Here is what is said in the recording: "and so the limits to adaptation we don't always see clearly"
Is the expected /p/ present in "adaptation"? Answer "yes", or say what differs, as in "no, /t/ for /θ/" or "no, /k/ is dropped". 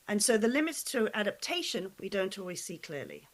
yes